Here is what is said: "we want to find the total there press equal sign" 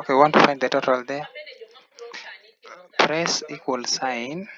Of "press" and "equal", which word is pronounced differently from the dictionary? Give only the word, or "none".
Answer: none